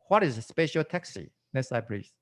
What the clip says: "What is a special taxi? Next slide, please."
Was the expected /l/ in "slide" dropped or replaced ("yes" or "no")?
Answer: yes